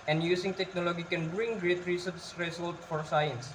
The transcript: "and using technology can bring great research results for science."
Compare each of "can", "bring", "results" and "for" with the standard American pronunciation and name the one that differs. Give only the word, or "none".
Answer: results